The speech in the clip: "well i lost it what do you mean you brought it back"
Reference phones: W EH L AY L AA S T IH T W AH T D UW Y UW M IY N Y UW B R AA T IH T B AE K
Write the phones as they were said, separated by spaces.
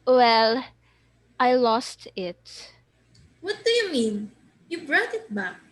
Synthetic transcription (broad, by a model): W EH L AY L AA S T IH T W AH T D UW Y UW M IY N Y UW B R AA T IH T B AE K